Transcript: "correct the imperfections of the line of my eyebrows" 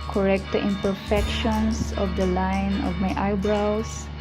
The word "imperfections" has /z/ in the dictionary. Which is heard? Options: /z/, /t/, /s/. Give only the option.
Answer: /s/